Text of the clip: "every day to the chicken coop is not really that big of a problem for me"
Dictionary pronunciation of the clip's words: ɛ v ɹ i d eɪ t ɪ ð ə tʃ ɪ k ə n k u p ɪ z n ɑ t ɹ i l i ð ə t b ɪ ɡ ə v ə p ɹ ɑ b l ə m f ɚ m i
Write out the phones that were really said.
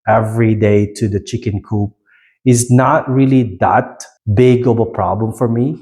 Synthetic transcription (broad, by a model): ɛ v ɹ i d eɪ t ɪ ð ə tʃ ɪ k ə n k u p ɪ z n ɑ t ɹ i l i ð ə t b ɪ ɡ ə b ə p ɹ ɑ b l ə m f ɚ m i